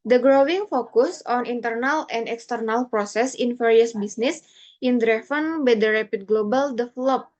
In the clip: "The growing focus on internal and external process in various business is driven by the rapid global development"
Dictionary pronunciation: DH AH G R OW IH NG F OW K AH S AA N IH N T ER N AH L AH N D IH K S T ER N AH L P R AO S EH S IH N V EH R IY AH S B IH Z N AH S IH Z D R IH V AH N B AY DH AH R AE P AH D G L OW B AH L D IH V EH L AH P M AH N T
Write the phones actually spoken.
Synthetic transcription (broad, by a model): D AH G R OW IH NG F OW K AH S AA N IH N T ER N AH L AH N D IH K S T ER N AH L P R AO S EH S IH N F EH R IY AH S B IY S N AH S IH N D R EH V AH N B AY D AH R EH P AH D G L OW B AH L D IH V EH L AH P